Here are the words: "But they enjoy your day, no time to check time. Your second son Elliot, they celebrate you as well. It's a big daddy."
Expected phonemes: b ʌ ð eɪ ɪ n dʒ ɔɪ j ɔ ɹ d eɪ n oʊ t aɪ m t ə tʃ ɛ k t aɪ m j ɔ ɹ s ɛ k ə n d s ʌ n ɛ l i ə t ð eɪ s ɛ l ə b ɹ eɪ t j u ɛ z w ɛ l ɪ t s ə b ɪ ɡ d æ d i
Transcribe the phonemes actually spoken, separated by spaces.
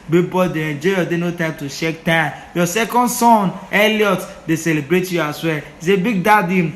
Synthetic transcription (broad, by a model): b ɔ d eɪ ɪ n dʒ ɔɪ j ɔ d eɪ n oʊ t aɪ m t ə ʃ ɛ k t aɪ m j ɔ s ɛ k ə n d s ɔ n ɛ l i ə t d eɪ s ɛ l ə b ɹ eɪ t j u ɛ s w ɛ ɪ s ə b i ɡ d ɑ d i